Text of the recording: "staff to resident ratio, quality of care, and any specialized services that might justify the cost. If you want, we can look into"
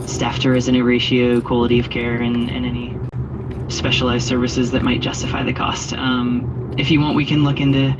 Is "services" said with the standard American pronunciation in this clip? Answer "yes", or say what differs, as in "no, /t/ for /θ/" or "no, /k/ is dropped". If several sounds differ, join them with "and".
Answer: yes